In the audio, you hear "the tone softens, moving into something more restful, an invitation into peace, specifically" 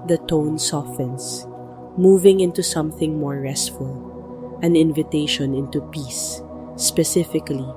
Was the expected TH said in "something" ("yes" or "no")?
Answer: yes